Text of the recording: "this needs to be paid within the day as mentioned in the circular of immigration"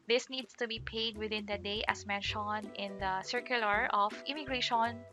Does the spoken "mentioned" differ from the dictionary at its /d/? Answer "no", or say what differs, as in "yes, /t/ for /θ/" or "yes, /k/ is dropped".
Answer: yes, /d/ is dropped